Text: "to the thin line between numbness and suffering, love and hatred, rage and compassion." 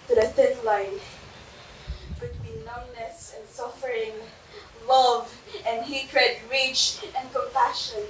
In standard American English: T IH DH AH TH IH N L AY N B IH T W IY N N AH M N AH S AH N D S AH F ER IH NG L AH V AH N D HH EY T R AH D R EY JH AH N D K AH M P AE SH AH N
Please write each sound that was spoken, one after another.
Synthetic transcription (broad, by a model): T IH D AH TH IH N L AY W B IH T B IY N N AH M N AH S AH N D S AH F ER IH NG L AH V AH N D HH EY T R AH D R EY CH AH N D K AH M P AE SH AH N